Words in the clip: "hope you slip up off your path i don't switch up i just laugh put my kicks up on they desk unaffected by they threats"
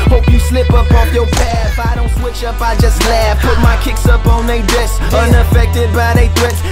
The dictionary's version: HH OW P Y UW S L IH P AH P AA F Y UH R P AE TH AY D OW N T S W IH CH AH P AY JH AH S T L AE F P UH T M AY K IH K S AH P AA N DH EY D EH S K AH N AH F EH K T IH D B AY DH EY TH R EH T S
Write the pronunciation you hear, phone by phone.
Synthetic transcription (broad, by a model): HH OW P Y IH S L IH P AH P AA F Y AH R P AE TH AY D OW N T S W IH CH AH P AY JH AH S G L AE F P UH T M AY K IH K S AH P N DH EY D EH S AH N AH F EH K T IH D B AY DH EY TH R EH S